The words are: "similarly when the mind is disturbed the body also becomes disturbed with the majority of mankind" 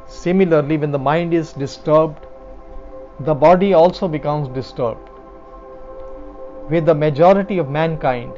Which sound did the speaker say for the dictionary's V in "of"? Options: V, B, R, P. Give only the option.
V